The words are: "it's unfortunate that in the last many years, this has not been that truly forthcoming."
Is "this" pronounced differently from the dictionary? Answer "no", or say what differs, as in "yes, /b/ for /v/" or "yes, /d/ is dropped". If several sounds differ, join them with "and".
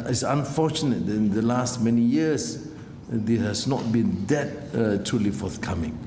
yes, /s/ is dropped